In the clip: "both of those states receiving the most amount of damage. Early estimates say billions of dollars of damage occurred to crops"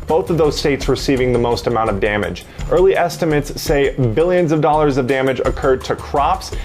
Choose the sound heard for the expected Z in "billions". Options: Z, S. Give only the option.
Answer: Z